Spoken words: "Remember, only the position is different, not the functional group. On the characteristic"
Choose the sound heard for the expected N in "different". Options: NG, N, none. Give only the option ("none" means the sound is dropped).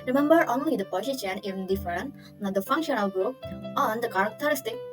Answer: none